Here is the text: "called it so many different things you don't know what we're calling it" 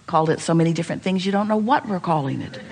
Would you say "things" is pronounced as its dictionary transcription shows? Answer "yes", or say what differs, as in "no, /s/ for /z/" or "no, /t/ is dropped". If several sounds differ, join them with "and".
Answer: yes